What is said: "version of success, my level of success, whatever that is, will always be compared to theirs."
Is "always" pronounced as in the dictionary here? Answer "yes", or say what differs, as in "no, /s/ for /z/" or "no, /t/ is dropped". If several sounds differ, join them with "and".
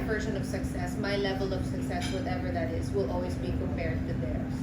yes